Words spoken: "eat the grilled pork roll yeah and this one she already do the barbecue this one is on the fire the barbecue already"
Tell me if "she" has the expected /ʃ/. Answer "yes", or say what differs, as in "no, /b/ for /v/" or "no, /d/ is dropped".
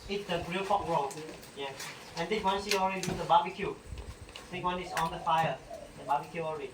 no, /s/ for /ʃ/